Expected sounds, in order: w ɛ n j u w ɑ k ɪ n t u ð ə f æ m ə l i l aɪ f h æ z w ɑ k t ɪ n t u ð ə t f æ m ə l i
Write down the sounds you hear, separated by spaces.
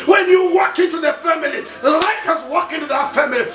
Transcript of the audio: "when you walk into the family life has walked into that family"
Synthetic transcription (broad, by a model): w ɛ n j u w ɑ k ɪ n t u ð ə f æ m ə l i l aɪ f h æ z w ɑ k ɪ n t u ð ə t f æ m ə l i